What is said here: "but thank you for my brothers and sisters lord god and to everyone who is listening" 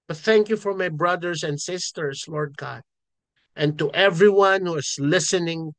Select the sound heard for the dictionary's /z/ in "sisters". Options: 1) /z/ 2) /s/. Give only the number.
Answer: 2